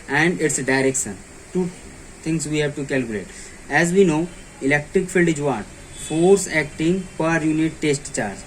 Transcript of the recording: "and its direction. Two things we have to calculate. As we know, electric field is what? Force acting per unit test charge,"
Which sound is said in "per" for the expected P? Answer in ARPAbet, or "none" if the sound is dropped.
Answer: P